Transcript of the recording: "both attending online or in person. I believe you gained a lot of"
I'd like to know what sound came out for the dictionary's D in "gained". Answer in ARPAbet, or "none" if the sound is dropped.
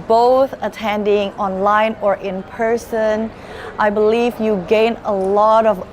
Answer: none